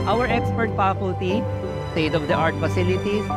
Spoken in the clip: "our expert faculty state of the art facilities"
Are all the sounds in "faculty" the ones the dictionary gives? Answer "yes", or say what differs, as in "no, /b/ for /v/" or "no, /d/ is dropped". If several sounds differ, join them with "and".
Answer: no, /p/ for /f/